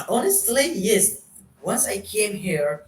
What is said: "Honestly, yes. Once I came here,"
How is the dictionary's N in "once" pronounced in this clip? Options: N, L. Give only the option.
N